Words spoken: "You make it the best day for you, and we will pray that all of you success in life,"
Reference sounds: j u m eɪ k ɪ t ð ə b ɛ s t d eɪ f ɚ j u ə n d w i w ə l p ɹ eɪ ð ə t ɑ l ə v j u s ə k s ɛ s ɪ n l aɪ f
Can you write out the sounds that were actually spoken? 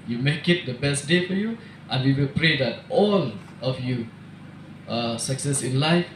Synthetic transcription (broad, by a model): j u m eɪ k ɪ t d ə b ɛ s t d eɪ f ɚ j u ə n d w i w ə l p ɹ eɪ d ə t ɑ l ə f j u s ə k s ɛ s ɪ n l aɪ f